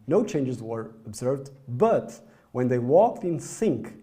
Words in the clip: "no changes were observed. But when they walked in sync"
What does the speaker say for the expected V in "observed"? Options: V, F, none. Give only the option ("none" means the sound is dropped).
V